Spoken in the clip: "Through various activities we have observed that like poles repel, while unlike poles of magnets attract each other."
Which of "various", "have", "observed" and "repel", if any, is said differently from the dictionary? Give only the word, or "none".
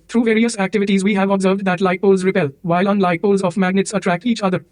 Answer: none